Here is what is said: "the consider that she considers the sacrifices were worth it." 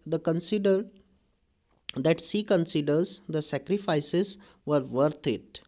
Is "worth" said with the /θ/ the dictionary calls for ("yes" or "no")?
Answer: no